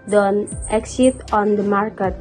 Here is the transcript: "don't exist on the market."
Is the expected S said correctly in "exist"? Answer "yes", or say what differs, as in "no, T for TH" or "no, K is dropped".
no, S is dropped